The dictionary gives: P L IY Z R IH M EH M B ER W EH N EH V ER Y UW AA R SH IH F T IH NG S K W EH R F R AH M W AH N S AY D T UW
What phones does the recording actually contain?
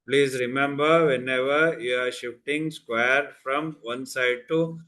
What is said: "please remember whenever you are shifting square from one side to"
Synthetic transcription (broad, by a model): P L IY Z R IH M EH M B ER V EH N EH V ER Y UW AA R SH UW T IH NG S K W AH R F R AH M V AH N S AY D T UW